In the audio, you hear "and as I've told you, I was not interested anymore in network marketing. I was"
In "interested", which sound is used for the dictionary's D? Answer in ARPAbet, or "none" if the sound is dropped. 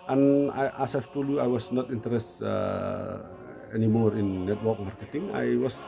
none